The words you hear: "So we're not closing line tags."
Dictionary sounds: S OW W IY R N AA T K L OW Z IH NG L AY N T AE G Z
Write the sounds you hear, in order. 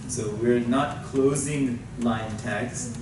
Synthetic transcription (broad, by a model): S OW W IY R N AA T K L OW Z IH NG L AY N T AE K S